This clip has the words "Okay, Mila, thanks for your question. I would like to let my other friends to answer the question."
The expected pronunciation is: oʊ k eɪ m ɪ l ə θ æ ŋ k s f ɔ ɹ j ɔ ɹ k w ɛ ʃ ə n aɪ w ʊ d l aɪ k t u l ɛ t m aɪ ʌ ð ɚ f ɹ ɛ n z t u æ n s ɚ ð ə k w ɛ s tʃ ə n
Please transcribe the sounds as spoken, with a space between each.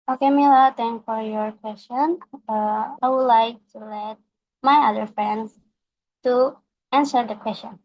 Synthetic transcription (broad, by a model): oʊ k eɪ m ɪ l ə t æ ŋ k f ɔ ɹ j ɔ ɹ k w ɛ s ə n aɪ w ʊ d l aɪ k t u l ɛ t m aɪ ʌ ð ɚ f ɹ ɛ n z t u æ n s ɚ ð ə k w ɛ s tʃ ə n